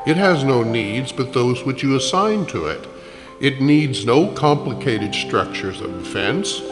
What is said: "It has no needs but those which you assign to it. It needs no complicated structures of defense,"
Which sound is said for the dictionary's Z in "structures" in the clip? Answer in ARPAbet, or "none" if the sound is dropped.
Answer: Z